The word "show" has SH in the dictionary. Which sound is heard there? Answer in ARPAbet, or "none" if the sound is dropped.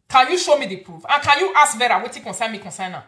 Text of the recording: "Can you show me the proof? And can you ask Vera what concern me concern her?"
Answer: SH